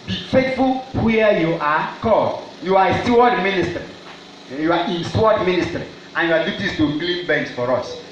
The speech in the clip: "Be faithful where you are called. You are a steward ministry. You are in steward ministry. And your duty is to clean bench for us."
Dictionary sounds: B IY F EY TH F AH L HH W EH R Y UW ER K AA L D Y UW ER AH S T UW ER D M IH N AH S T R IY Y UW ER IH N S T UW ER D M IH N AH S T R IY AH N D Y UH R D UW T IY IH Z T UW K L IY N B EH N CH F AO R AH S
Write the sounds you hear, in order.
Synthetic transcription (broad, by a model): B IY F EY T F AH L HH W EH Y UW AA K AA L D Y UW AH S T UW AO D M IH N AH S T R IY Y UW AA IH N S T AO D M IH N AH S T R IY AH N Y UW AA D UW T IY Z T UW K L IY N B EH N S F AO R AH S